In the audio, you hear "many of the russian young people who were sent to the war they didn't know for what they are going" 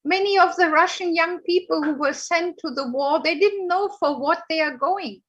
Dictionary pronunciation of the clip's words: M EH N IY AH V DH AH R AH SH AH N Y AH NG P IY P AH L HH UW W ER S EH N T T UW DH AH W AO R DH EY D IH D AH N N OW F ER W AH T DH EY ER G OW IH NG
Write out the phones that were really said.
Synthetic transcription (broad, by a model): M EH N IY AH V DH AH R AH SH AH N Y AH NG P IY P AH L HH UW W ER S EH N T T UW DH AH W AO R DH EY D IH D N N OW F ER W AH T DH EY ER G OW IH NG